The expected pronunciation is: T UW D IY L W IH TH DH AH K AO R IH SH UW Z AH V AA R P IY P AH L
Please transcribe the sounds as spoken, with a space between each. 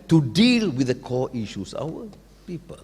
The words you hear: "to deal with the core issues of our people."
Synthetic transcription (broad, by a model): T UW D IY L W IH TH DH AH K AO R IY SH UW S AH W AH P IY P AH L